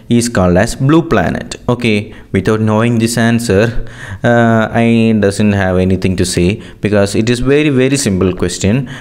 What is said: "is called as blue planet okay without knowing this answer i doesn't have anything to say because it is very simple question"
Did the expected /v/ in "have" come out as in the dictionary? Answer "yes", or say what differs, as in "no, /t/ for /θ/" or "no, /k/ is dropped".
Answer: yes